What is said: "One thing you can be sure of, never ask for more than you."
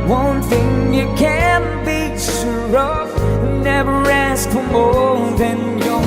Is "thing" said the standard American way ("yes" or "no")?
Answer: yes